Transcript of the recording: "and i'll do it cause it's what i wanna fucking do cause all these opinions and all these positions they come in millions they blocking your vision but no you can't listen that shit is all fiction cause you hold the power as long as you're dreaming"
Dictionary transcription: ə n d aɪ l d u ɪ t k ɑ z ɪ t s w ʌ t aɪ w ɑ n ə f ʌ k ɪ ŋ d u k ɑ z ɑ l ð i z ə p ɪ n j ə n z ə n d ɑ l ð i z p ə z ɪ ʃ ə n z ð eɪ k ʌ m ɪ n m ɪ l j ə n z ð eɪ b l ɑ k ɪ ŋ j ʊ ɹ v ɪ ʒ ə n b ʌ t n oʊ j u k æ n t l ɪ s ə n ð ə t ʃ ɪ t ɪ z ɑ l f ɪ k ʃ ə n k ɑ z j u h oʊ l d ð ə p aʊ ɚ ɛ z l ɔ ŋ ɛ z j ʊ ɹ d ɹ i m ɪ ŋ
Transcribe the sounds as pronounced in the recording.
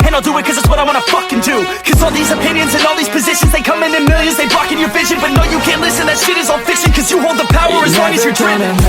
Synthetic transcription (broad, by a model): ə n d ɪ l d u ɪ t k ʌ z ɪ t s w ʌ t aɪ w ɑ n ə f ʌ k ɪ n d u k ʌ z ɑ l ð i z ə p ɪ n j ə n z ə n ɑ l ð i z p ə z ɪ ʃ ə n z ð eɪ k ʌ m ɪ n m ɪ l j ə n z ð eɪ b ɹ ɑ k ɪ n j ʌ ɹ v ɪ ʒ ə n b ʌ t n oʊ j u k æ n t l ɪ s ə n ð ə t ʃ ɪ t ɪ z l f ɪ k s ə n k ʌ z j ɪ h oʊ l d ð ə p aʊ ɚ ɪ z w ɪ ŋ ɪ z j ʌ ɹ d ɹ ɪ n